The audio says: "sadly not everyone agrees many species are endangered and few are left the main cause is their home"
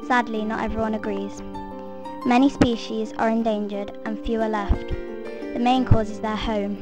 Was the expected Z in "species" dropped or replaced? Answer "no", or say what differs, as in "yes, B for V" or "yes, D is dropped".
no